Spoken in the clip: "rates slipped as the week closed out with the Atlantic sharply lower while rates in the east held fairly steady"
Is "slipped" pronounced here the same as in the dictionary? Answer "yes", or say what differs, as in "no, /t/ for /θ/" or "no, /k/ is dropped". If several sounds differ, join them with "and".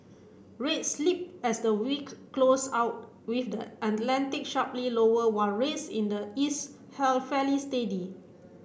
no, /t/ is dropped